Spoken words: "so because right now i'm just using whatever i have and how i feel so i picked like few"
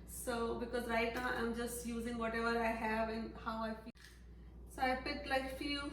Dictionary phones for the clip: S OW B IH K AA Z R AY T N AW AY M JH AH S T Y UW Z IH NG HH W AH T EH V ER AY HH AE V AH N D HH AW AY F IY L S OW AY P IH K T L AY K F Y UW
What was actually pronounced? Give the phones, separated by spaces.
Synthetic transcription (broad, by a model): S OW B IH K AA Z R AY T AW AY M JH AH S T Y UW Z IH NG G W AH T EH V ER AY HH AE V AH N HH AW AY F S OW AY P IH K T L AY K F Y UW